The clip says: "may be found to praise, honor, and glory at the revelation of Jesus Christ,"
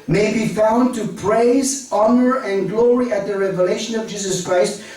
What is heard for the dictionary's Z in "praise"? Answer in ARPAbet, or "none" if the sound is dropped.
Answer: Z